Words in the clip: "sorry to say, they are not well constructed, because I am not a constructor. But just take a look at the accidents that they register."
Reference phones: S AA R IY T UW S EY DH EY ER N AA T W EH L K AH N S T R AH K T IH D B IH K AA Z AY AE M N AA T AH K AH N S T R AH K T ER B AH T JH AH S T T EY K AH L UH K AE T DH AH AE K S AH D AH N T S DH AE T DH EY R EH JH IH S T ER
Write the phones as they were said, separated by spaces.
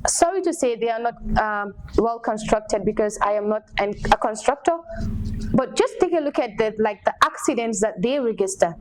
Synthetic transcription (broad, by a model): S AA R IY T UW S EY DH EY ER N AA T W EH L K AH N S T R AH K T IH D B IH K AA Z AY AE M N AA T AH K AH N S T R AH K T ER B AH T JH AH S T T EY K AH L UH K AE T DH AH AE K S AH D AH N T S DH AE T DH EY R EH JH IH S T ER